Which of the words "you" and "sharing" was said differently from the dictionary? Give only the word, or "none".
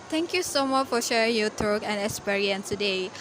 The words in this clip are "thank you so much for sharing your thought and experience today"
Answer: none